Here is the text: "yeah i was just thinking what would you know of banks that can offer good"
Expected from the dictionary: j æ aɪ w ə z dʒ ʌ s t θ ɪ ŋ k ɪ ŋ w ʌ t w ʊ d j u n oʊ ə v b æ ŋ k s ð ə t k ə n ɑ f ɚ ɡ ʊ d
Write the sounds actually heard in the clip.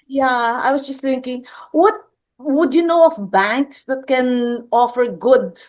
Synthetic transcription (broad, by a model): j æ aɪ w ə s dʒ ʌ s t θ ɪ ŋ k ɪ ŋ w ʌ t w ʊ d j u n oʊ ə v b æ ŋ k s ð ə t k ə n ɑ f ɚ ɡ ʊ d